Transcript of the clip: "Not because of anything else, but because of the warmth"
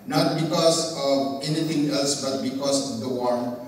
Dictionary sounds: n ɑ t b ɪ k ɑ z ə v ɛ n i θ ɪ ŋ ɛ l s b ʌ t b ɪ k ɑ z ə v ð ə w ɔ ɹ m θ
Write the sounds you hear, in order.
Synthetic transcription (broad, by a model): n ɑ t b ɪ k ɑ s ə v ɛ n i t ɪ ŋ ɛ l s b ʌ t b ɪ k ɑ s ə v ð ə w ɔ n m